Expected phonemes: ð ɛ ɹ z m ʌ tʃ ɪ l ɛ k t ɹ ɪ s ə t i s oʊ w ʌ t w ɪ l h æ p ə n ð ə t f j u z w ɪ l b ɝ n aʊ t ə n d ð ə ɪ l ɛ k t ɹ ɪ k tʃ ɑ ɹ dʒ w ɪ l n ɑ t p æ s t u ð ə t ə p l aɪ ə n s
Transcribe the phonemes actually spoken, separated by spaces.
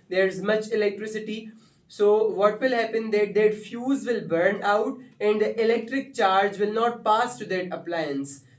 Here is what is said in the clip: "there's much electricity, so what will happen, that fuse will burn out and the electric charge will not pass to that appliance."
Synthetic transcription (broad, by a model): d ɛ ɹ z m ʌ tʃ ɪ l ɛ k t ɹ ɪ s ə t i s oʊ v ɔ t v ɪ l h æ p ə n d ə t f j u z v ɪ l b ɝ n aʊ t ə n d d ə ɪ l ɛ k t ɹ ɪ k tʃ ɑ ɹ dʒ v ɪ l n ɑ t p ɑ s t u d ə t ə p l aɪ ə n s